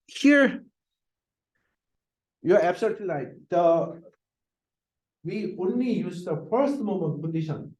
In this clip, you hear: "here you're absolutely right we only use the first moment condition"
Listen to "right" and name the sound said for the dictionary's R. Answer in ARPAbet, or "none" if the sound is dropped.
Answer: L